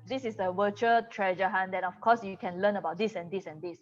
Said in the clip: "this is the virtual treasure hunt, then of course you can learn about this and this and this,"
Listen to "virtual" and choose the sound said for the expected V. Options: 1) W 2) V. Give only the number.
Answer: 1